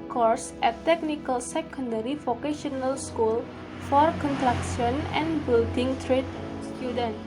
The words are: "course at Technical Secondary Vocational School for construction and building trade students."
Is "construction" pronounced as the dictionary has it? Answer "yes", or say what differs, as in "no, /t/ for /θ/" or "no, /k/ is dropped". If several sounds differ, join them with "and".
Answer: no, /s/ is dropped